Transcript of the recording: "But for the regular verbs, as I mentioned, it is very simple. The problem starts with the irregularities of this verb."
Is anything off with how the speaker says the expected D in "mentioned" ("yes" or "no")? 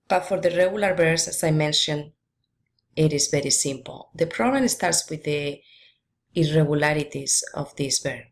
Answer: yes